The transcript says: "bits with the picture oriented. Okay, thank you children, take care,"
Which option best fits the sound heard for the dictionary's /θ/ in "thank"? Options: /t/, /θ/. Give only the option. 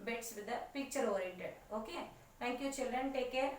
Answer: /t/